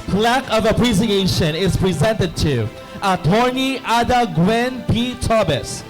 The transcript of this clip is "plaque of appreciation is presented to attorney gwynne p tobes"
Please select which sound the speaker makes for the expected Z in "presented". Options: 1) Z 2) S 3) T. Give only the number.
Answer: 1